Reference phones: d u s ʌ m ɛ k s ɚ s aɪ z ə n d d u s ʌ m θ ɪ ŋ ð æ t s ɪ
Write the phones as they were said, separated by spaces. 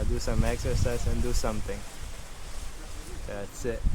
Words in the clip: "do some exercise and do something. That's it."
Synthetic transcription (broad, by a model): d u s ʌ m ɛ k s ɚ s aɪ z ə n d d u s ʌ m t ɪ ŋ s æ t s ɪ